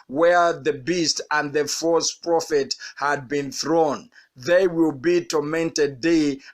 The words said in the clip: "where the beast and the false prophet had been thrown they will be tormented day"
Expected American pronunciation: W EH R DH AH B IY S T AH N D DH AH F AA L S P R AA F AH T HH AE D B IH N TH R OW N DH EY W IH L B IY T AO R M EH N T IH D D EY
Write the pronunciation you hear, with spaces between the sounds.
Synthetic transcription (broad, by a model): W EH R DH AH B IY S T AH N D DH AH F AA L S P R AA F AH T HH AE D B IH N TH R OW N DH EY W IH L B IY T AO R M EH N T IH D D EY